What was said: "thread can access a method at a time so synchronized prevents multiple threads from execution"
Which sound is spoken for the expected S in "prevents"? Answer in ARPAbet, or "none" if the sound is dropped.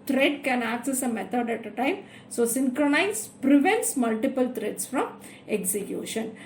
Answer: S